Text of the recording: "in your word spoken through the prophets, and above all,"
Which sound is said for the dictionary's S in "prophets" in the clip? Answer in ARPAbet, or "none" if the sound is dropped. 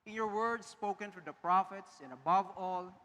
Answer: S